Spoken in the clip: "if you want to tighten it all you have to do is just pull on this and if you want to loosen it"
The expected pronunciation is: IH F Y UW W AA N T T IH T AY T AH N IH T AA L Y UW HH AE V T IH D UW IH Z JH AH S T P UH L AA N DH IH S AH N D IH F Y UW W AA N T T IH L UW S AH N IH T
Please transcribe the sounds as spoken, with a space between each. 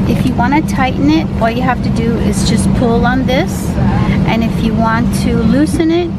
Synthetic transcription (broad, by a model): IH F Y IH W AA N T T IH T AY T N IH T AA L Y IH HH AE F T IH D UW IH Z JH AH S P UH L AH N DH IH S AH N IH F Y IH W AA N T T IH L UW S AH N IH T